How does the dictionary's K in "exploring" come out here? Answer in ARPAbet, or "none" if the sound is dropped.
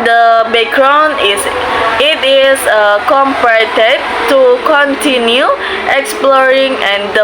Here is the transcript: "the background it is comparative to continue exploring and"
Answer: K